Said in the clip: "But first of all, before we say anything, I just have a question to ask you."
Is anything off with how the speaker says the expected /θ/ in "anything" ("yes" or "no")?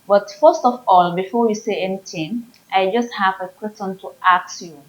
yes